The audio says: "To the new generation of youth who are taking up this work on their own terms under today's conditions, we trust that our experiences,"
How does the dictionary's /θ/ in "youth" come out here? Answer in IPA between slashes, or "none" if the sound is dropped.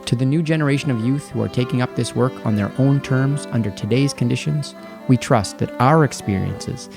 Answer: /θ/